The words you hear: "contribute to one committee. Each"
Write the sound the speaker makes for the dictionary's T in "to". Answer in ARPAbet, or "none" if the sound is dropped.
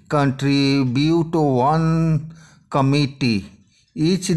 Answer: T